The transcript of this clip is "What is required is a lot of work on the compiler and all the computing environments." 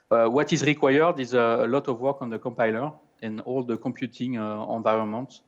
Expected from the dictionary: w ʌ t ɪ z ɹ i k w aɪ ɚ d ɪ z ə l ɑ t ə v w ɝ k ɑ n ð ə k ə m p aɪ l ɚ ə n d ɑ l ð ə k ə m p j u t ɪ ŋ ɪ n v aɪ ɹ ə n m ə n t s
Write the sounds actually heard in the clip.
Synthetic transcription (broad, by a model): w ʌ t ɪ z ɹ i k w aɪ ɚ d ɪ z ə l ɑ t ə v w ɝ k ɑ n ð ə k ə m p aɪ l ɚ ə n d ɑ l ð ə k ə m p j u t ɪ ŋ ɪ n v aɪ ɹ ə n m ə n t